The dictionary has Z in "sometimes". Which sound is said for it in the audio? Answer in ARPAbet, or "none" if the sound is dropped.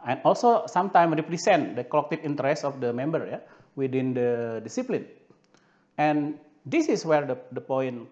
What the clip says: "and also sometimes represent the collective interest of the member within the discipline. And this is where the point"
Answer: none